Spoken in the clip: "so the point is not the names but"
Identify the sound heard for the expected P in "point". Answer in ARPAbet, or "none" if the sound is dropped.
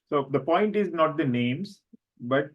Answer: P